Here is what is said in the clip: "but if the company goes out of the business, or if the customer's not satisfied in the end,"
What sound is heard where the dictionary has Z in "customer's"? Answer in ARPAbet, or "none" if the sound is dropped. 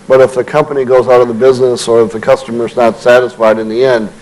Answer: Z